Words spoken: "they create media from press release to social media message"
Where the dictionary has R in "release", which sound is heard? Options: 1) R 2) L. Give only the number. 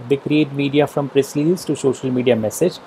2